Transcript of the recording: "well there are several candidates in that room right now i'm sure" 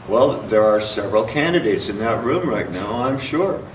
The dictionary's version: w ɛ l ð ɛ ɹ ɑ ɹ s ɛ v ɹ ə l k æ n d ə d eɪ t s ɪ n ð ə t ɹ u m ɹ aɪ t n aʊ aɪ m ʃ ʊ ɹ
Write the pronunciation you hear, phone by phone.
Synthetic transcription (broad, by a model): w ɛ l ð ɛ ɹ ɑ ɹ s ɛ v ɹ ə l k æ n d ə d eɪ t s ɪ n ð ə t ɹ u m ɹ aɪ t n aʊ aɪ m ʃ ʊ ɹ